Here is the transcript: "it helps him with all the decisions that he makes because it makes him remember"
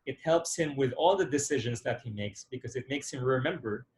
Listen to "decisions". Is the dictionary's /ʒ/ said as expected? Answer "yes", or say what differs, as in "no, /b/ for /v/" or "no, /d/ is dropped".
yes